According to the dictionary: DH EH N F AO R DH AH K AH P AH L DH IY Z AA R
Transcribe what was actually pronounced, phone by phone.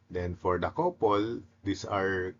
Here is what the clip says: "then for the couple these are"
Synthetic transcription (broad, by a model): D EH N F AO R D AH K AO P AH L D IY S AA R